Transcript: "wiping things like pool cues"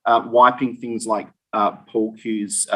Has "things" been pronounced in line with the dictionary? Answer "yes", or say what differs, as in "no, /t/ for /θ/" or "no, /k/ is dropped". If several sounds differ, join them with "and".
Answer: yes